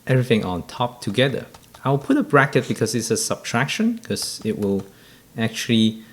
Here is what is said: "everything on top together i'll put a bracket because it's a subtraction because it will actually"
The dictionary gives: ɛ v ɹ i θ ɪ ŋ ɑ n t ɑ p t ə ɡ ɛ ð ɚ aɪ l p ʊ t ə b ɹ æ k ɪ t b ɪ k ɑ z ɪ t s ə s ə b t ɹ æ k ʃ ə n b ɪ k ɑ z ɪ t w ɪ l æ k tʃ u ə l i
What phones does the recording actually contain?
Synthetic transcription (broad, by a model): ɛ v ɹ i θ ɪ ŋ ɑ n t ɑ p t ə ɡ ɛ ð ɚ aɪ w p ʊ t ə b ɹ æ k ɪ t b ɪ k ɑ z ɪ t s ə s ə b t ɹ æ k ʃ ə n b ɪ k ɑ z ɪ t w ɪ l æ k tʃ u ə l i